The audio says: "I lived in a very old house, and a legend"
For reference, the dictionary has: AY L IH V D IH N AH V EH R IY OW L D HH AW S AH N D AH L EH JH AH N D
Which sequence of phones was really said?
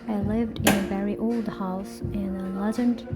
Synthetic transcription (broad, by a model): AY L IH V D IH N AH V EH R IY OW L D HH AW S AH N AH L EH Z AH N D